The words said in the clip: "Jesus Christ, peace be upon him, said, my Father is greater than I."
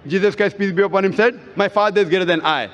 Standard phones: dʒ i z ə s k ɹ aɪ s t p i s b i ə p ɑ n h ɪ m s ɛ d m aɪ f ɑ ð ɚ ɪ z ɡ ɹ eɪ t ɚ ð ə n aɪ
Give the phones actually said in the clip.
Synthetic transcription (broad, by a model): dʒ i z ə s k ɹ aɪ s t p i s b i ə p ɑ n h ɪ m s ɛ d m aɪ f ɑ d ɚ ɪ z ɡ eɪ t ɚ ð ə n aɪ